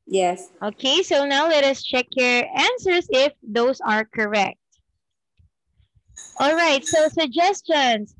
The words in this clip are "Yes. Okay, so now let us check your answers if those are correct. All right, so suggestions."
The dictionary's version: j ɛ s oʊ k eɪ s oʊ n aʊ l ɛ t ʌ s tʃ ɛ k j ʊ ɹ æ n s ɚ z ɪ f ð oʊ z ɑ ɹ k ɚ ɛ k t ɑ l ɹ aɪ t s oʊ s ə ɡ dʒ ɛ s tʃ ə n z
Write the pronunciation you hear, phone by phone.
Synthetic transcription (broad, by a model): j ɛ s oʊ k eɪ s oʊ n aʊ l ɛ t ʌ s tʃ ɛ k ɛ ɹ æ n s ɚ s ɪ f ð oʊ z ɑ ɹ k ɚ ɛ k t ɑ l ɹ aɪ t s oʊ s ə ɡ dʒ ɛ s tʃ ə n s